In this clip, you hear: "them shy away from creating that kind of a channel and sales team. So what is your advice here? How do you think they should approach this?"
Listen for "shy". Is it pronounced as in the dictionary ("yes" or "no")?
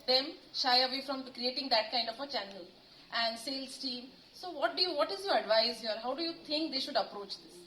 yes